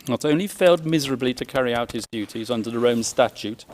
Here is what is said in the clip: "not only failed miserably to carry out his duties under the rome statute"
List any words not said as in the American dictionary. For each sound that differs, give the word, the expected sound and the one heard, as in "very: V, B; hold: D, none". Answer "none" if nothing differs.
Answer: none